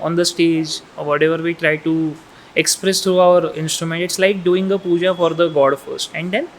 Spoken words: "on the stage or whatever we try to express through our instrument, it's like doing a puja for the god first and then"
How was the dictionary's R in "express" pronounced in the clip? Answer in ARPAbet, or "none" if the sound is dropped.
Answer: R